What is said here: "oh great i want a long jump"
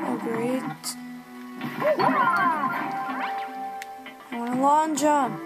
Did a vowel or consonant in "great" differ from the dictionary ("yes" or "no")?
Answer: no